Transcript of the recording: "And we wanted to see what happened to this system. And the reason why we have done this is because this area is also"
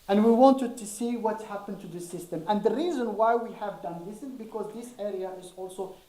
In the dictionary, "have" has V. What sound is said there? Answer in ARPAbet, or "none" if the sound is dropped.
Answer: V